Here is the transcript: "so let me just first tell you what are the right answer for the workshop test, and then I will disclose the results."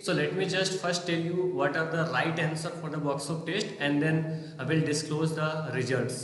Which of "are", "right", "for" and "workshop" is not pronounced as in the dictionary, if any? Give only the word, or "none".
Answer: workshop